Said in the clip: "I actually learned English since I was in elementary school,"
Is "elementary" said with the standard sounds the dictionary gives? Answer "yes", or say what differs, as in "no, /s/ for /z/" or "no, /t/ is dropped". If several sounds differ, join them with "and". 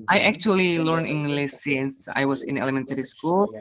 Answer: yes